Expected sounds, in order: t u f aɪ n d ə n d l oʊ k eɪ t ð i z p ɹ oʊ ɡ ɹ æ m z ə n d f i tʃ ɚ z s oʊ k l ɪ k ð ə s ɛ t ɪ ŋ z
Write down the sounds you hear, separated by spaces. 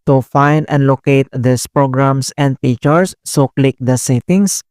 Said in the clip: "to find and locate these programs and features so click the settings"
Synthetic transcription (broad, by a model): t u f aɪ n d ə n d l oʊ k eɪ t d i s p ɹ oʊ ɡ ɹ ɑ m s ə n d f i tʃ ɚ s oʊ k l ɪ k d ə s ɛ t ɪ ŋ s